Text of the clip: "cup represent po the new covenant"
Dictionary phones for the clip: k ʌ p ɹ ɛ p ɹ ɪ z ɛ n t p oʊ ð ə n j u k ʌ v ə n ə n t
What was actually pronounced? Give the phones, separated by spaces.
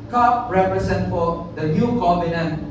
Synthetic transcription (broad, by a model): k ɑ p ɹ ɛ p ɹ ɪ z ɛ n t f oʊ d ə n j u k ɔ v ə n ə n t